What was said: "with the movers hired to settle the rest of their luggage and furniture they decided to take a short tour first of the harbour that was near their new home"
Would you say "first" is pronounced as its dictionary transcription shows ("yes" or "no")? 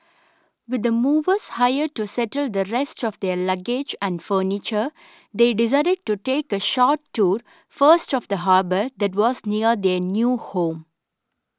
yes